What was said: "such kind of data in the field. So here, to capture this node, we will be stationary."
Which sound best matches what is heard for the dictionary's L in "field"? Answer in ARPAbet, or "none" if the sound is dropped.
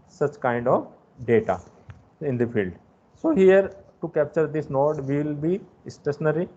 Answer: L